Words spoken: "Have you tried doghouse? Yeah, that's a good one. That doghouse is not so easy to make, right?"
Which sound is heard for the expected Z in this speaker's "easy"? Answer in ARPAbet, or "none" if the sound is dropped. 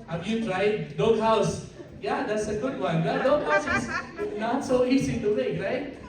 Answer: S